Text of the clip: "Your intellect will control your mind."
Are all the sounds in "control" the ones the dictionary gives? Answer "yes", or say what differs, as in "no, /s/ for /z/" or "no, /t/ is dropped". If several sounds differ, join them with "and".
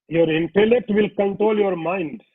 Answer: yes